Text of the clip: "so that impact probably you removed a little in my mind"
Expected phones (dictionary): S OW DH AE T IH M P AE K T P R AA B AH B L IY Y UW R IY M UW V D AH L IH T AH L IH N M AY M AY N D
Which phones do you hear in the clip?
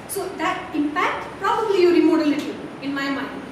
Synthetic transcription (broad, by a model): S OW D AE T IH M P AE K T P R AA B AH B L IY Y UW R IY M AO D AH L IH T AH IH N M AY M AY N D